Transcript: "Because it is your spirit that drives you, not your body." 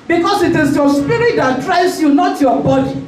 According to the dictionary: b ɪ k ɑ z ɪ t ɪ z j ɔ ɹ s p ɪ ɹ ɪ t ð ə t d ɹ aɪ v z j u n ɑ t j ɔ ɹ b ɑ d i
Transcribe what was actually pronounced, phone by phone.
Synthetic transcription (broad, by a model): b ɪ k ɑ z ɪ t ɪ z j ɔ s p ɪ ɹ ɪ t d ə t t ɹ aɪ z j u n ɑ t j ɔ b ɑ d i